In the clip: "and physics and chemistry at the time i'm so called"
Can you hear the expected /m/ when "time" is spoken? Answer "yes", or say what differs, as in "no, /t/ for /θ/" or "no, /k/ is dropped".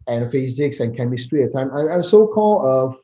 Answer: no, /m/ is dropped